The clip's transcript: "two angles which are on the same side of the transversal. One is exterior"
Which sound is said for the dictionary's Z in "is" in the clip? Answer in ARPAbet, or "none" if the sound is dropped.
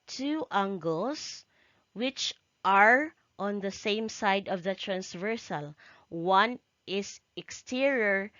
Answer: S